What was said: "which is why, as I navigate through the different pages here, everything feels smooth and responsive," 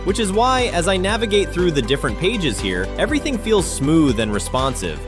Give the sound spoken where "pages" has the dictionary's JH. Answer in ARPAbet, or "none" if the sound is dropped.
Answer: JH